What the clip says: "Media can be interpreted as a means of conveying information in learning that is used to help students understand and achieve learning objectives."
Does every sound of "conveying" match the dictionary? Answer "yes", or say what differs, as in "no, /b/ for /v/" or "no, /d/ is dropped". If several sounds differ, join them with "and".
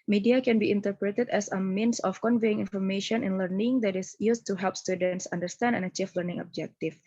yes